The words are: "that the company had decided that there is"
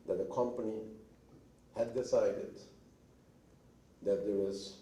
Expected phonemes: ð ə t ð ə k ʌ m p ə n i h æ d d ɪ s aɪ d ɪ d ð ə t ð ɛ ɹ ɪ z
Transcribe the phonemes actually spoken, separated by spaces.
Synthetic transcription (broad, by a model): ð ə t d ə k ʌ m p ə n i h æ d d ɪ s aɪ d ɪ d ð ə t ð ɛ w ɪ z